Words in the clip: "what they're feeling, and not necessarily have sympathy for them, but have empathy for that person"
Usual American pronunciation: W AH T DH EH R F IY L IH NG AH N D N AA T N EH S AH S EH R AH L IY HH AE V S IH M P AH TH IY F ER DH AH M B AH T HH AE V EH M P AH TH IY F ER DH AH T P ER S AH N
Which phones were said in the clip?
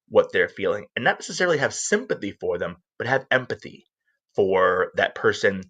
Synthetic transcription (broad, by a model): W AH T DH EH R F IY L IH NG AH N N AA T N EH S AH S EH R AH L IY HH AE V S IH M P AH TH IY F ER DH AH M B AH T HH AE V EH M P AH TH IY F ER DH AH T P ER S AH N